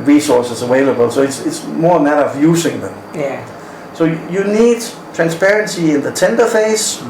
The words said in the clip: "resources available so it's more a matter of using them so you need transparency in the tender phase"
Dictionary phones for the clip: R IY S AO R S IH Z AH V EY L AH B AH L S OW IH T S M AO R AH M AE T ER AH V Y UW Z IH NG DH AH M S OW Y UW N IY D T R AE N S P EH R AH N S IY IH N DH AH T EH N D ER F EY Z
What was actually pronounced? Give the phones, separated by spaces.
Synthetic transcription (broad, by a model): R IY S AO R S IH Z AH W EY L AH B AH L S OW IH T S M AO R AH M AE T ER AH V Y UW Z IH NG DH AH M S OW Y UW N IY D T R AE N S P EH R AH N S IY IH N DH AH T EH N D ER F EY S